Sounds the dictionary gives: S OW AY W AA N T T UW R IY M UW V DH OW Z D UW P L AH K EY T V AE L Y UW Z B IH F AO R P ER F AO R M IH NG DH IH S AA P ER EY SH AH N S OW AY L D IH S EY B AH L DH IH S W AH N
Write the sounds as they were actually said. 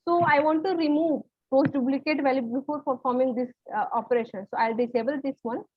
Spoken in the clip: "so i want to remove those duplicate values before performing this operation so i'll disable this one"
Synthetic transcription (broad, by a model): S OW AY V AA N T T UW R IY M UW V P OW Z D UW B L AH K EY T V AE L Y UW B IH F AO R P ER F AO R M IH NG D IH S AA P ER EY SH AH N S OW AY L D IH S EY B AH L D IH S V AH N